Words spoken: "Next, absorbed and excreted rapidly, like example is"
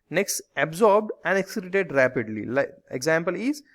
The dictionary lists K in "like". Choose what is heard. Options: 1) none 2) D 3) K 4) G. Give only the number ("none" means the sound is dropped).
1